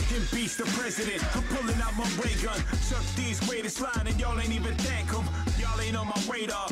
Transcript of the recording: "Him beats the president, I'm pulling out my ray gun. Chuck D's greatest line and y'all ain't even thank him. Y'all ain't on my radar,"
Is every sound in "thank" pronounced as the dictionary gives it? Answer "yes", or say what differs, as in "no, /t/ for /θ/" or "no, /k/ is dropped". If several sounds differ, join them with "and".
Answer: no, /ŋ/ is dropped